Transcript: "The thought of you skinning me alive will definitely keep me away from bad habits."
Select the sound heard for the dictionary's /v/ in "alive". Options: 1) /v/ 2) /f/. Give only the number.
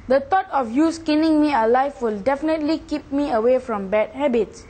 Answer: 2